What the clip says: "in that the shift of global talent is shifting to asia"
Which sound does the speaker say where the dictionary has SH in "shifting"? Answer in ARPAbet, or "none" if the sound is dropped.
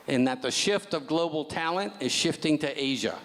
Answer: SH